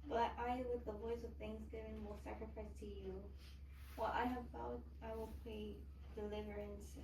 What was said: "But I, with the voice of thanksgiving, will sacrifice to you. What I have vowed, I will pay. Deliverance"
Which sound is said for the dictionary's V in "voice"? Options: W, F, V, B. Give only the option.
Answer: V